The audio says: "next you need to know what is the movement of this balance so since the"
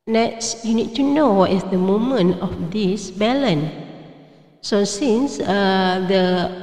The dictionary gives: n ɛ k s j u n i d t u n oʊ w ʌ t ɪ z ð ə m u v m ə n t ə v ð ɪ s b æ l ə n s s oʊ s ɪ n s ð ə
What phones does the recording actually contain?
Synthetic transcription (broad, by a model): n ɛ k s j u n i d t u n oʊ w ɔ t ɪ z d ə m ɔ m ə n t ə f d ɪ s b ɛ l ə n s s oʊ s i n s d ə